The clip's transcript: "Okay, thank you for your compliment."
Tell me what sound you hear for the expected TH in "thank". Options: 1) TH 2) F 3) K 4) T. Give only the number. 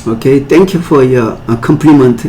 4